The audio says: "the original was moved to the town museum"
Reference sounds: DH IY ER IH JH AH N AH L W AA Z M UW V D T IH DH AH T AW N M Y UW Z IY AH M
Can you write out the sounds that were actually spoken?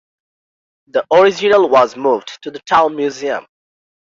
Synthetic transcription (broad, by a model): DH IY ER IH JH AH N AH L W AA Z M UW V D T IH DH AH T AW N M Y UW Z IY AH M